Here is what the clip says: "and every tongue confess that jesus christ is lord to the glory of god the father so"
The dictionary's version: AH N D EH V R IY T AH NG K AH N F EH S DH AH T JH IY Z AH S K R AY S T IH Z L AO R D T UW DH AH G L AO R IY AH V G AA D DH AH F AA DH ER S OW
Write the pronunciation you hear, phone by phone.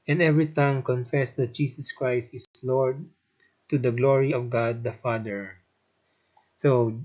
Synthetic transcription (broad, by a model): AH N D EH V R IY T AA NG K AH N F EH S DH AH T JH IY S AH S K R AY S T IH S L AO R D T UW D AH G L AO R IY AH V G AA D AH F AA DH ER S OW